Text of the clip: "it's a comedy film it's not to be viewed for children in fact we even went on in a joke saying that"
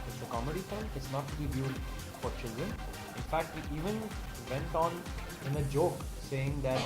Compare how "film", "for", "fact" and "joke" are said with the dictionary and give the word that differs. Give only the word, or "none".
film